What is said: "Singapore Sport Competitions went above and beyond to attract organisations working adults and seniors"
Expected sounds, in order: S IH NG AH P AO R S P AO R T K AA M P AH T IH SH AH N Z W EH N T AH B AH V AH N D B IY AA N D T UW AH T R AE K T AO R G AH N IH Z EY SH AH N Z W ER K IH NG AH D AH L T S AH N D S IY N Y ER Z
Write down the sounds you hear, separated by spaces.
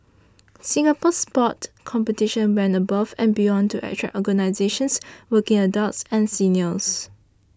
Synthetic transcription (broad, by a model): S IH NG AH P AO S P AO T K AA M P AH T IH SH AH N W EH N AH B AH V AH N B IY AA N T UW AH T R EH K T AO G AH N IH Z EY SH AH N S W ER K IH NG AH D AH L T S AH N S IY N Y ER S